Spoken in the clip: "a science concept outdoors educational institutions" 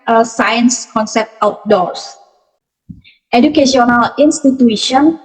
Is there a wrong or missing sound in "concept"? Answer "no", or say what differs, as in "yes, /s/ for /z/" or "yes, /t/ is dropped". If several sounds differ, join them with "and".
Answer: no